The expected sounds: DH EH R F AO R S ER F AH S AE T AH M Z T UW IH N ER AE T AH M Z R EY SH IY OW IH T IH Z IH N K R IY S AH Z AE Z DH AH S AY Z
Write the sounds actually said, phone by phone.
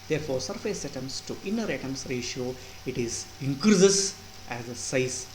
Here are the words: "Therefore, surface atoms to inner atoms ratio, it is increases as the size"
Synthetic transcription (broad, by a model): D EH R F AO R S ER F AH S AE T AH M S T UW IH N ER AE T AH M S R EY SH IY OW IH T IH Z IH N K R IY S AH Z AE Z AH S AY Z